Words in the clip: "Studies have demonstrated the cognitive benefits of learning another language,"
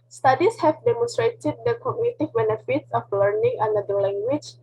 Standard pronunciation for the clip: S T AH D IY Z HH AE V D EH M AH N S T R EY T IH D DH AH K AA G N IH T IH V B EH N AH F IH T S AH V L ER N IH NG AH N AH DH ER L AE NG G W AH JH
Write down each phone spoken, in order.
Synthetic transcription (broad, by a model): S T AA D IY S HH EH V D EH M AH N S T R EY T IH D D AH K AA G N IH T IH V B EH N AH F IH T S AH F L ER N IH NG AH N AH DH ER L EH NG G W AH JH